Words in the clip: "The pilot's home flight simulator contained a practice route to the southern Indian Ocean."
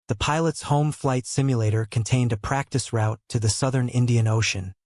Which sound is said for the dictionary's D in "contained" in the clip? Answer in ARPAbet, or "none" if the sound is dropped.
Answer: D